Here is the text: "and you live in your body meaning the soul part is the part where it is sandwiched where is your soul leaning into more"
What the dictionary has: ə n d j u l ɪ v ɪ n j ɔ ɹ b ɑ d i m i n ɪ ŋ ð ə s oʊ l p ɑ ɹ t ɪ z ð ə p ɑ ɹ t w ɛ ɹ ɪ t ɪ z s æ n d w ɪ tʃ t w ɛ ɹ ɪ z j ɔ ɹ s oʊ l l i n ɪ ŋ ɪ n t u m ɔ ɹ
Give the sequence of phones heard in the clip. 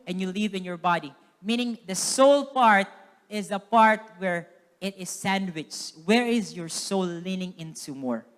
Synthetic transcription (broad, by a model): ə n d j u l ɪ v ɪ n j ɔ ɹ b ɑ d i m i n ɪ ŋ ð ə s oʊ l p ɑ ɹ t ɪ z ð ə p ɑ ɹ t w ɛ ɹ ɪ t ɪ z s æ n d w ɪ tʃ w ɛ ɹ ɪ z j ɔ ɹ s oʊ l l i n ɪ ŋ ɪ n t u m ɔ ɹ